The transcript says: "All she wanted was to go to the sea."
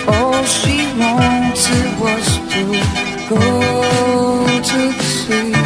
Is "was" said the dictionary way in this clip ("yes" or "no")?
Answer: no